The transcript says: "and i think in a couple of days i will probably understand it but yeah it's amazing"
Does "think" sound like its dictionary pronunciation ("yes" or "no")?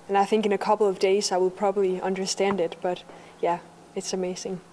yes